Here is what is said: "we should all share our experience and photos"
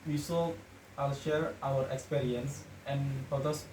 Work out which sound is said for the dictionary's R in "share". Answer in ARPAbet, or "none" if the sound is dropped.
R